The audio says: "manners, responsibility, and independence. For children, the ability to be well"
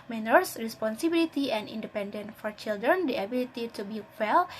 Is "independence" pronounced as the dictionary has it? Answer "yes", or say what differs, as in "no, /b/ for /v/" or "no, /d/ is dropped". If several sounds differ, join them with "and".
no, /s/ is dropped